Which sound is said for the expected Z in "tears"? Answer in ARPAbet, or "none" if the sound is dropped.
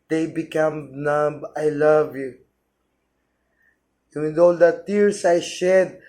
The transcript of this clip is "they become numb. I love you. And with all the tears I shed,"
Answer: S